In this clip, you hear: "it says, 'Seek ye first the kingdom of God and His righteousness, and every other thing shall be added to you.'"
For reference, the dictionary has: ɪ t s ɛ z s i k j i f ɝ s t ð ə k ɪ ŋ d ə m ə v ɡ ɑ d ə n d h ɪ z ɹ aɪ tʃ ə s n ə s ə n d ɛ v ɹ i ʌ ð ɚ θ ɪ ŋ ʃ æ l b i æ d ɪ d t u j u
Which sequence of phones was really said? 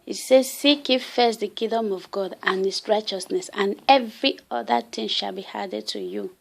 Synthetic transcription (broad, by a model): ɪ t s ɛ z s i k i f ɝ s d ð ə k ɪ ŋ d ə m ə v ɡ ɑ d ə n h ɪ s ɹ aɪ tʃ ə s n ə s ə n ɛ v ɹ i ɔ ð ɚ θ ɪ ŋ ʃ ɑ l b i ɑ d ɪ d t u j u